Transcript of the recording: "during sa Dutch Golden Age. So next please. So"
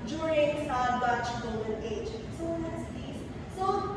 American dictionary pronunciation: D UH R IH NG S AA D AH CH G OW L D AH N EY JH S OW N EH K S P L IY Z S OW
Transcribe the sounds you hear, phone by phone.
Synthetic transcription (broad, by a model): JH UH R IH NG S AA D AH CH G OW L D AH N EY JH S OW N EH S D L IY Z S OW